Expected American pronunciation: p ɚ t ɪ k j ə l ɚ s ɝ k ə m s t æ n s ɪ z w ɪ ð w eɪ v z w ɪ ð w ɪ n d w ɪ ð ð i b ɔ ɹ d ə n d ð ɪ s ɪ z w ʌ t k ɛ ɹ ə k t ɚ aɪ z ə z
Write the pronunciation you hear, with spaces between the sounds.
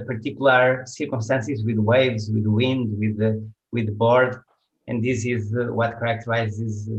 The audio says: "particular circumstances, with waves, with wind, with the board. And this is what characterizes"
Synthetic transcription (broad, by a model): p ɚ t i k j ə l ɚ s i k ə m s t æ n s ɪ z w ɪ ð w eɪ v z w ɪ ð w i n d w ɪ ð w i b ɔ ɹ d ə n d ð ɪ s ɪ z w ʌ t k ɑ ɹ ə k t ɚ aɪ z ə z